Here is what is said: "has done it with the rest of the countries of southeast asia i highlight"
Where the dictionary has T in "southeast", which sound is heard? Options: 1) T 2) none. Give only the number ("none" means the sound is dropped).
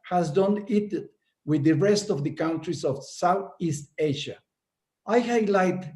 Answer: 1